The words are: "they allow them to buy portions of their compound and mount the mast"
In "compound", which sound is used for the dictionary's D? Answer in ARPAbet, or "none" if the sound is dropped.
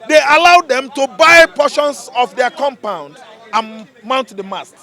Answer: D